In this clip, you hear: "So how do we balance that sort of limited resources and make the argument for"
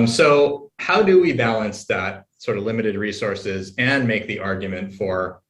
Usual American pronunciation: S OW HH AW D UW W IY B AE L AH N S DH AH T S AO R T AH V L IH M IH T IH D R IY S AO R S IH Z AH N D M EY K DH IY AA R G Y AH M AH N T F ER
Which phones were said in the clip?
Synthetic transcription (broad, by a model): S OW HH AW D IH W IY B AE L AH N S DH AH T S AO R T AH V L IH M IH T IH D R IY S AO R S IH Z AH N M EY K DH IY AA R G Y AH M AH N T F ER